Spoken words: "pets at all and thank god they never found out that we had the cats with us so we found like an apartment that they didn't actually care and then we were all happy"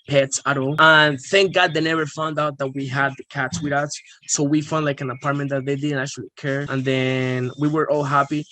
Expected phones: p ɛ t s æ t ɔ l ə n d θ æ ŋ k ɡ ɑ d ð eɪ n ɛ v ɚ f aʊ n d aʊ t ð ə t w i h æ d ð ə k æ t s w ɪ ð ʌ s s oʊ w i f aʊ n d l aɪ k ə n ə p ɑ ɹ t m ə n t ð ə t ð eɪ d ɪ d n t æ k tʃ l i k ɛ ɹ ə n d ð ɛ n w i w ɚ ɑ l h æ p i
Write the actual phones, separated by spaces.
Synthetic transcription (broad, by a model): p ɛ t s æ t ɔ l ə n θ æ ŋ k ɡ ɑ d ð eɪ n ɛ v ɚ f aʊ n d aʊ t ð ə t w i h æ d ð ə k æ t s w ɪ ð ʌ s s oʊ w i f aʊ n d l aɪ k ə n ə p ɑ ɹ t m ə n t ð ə t ð eɪ d ɪ d n t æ k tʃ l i k ɛ ɹ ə n ð ɛ n w i w ɚ ɑ l h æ p i